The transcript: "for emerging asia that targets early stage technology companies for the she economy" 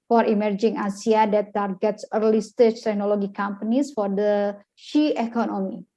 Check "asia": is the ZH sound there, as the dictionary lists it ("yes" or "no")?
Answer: no